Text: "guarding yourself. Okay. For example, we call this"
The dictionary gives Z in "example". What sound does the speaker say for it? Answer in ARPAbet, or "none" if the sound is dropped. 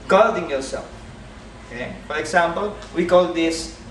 S